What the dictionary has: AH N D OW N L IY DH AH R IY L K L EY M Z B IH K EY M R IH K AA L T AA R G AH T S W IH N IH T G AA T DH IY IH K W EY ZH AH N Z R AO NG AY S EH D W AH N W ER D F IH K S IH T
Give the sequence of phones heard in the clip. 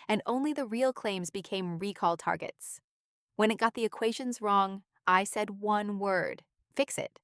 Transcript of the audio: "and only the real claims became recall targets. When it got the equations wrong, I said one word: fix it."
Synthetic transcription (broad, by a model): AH N OW N L IY DH AH R IY L K L EY M Z B IH K EY M R IH K AA L T AA R G AH T S W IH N IH T G AA T DH IY IH K W EY ZH AH N Z R AO NG AY S EH D W AH N W ER D F IH K S IH T